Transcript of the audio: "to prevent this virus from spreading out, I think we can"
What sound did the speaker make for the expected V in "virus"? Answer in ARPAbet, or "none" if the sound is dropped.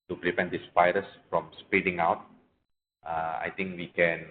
P